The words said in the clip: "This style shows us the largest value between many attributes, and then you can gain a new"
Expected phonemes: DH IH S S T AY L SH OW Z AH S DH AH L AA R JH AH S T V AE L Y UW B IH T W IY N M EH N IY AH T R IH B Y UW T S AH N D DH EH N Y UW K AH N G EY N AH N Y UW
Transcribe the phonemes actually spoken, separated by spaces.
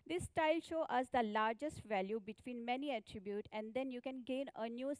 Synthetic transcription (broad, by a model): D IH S S T AY L SH OW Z AH S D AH L AA R JH AH S T V AE L Y UW B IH T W IY N M EH N IY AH T R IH B Y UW T AH N D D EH N Y UW K AH N G EY N AH N Y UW